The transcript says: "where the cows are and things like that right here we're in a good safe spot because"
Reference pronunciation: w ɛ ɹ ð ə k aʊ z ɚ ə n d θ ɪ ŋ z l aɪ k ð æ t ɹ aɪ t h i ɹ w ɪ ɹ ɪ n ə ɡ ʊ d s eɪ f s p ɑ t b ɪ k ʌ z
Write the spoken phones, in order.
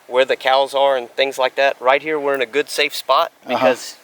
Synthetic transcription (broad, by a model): w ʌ ɹ ð ə k aʊ z ɚ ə n θ ɪ ŋ z l aɪ k ð æ t ɹ aɪ t h i ɹ w ɪ ɹ ɪ n ə ɡ ʊ d s eɪ f s p ɑ t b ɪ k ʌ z